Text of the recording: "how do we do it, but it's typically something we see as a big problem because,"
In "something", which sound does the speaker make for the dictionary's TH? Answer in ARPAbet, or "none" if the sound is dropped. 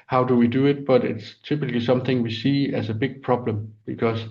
TH